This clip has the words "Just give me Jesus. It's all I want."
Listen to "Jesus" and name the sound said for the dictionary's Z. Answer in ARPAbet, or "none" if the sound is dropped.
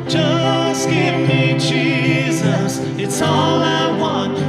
Z